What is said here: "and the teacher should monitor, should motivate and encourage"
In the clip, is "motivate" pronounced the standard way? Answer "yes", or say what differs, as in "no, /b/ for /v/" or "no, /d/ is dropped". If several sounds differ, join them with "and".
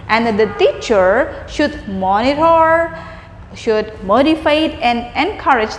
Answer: no, /f/ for /v/